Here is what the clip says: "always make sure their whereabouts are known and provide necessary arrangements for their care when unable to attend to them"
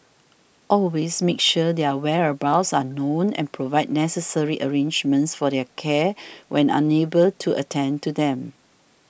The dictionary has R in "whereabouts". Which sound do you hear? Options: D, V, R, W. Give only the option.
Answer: R